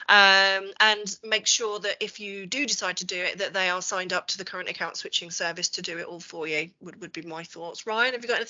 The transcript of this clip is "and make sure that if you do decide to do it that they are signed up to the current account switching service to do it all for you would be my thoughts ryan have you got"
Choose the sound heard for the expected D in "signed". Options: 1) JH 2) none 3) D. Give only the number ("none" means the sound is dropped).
3